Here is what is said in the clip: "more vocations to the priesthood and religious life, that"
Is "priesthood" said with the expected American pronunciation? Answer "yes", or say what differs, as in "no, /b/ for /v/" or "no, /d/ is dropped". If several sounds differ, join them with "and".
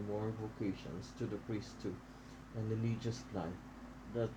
no, /d/ is dropped